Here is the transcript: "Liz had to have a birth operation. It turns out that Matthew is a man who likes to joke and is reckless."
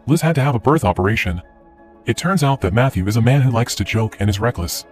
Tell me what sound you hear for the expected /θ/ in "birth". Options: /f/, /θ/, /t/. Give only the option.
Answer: /θ/